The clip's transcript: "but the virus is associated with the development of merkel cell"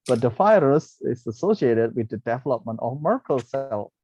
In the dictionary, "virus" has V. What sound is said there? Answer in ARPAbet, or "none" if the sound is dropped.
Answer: F